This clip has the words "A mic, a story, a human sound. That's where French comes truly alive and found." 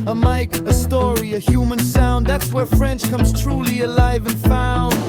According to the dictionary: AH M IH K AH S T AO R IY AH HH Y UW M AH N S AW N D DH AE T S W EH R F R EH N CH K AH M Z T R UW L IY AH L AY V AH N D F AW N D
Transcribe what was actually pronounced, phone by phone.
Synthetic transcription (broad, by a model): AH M IH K AH S T AO R IY AH HH Y UW M AH N S AW N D DH AE T S W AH R F R EH N CH K AH M Z T R UW L IY AH L AY V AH N F AW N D